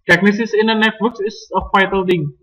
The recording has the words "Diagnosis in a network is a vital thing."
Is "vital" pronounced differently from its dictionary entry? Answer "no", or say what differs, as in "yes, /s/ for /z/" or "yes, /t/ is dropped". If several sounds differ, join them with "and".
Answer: yes, /f/ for /v/